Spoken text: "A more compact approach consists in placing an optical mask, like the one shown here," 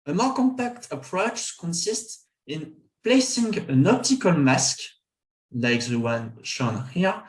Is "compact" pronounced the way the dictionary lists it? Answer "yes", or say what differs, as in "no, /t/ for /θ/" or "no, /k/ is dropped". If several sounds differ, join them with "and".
yes